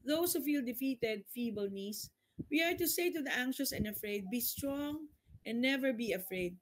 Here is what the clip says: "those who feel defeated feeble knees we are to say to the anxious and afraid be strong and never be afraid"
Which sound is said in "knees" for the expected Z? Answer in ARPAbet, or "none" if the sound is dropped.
S